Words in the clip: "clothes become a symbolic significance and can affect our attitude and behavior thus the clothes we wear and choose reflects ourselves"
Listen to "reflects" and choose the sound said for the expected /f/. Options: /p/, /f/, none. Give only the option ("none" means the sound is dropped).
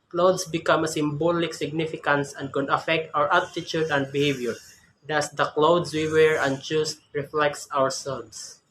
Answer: /f/